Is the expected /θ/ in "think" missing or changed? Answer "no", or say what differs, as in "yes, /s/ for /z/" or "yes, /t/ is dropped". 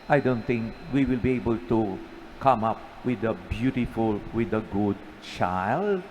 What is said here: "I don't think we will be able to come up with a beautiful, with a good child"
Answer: yes, /t/ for /θ/